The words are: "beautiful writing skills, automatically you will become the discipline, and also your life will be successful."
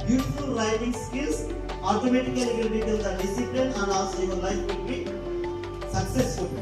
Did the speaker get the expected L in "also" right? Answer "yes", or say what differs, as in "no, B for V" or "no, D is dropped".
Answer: no, L is dropped